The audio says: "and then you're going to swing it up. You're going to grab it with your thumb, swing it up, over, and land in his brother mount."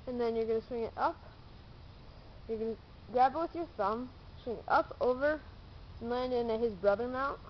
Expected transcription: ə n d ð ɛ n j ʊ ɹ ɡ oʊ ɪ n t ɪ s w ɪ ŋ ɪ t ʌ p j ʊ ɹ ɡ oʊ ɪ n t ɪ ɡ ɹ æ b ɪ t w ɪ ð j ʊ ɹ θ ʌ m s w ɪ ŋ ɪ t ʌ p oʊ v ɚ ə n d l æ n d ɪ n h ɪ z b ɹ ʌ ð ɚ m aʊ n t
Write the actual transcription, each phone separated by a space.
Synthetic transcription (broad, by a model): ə n ð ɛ n j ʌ ɹ ɡ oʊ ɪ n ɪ s w ɪ ŋ ɪ t ʌ p j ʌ ɹ ɡ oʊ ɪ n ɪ ɡ ɹ æ b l w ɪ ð j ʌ ɹ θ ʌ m s w ɪ ŋ ɪ t ʌ p oʊ v ɚ ə n d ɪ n ɪ h ɪ z b ɹ ʌ ð ɚ m aʊ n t